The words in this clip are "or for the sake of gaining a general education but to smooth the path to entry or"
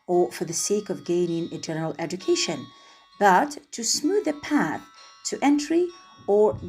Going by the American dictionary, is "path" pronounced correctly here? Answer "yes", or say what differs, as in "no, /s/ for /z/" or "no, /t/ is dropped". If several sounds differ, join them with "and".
yes